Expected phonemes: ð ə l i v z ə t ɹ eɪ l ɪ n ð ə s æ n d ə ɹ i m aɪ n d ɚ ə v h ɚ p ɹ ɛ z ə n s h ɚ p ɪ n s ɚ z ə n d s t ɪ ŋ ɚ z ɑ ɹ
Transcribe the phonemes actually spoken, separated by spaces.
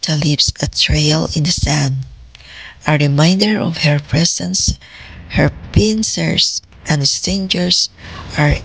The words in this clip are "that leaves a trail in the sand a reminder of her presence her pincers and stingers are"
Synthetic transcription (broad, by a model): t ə l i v s ə t ɹ eɪ l ɪ n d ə s æ n d ə ɹ i m aɪ n d ɚ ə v h ɚ p ɹ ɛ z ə n s h ɚ p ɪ n s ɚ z ə n d s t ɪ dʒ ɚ s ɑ ɹ